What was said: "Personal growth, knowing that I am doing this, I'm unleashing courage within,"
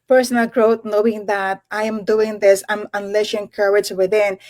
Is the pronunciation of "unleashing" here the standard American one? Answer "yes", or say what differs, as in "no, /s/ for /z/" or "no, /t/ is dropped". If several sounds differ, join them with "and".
no, /s/ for /ʃ/